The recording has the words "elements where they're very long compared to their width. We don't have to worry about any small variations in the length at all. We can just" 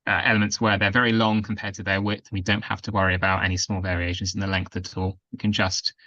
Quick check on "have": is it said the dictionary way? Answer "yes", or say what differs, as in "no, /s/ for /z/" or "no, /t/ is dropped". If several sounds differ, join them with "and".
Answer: no, /f/ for /v/